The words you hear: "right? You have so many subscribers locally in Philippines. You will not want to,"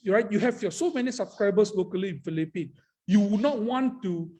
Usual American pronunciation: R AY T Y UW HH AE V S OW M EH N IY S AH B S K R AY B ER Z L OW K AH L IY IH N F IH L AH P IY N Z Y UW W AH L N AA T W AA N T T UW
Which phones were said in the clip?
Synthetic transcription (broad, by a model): R AY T Y UW HH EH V S OW M EH N IY S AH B S K R AY B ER S L OW K AH L IY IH N F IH L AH P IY N Y UW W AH N AA T W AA N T T UW